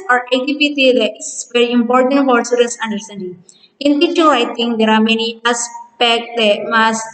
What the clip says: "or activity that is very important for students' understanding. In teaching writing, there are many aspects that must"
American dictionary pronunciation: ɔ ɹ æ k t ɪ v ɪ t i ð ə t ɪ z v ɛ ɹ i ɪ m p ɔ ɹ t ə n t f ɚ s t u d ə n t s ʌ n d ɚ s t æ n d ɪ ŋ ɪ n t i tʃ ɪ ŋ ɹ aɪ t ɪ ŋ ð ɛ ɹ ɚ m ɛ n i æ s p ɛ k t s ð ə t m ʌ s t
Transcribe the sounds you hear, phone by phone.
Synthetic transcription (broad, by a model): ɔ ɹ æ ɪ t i p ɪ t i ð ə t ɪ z v ɛ ɹ i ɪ m p ɔ ɹ t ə n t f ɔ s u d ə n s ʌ n d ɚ s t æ n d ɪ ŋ ɪ n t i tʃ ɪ aɪ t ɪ ŋ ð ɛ ɹ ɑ m ɛ n i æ s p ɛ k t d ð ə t m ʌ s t